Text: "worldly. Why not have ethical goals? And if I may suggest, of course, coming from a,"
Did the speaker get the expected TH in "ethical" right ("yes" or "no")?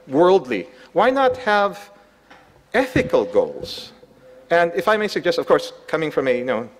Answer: yes